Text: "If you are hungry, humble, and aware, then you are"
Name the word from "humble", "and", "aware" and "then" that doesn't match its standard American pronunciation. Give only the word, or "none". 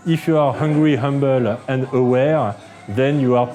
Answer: none